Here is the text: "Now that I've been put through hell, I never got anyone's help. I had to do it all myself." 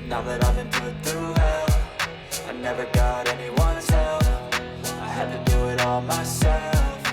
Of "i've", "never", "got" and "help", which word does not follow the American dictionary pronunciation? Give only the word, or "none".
help